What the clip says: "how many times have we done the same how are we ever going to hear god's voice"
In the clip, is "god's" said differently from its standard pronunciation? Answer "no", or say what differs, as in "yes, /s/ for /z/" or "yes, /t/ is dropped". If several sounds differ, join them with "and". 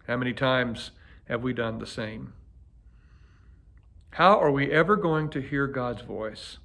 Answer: no